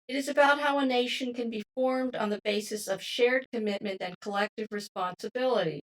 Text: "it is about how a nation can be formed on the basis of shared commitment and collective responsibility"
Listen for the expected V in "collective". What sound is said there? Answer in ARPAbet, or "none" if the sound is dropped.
V